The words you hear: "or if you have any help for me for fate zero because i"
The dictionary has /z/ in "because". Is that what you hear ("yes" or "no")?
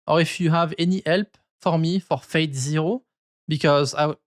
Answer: yes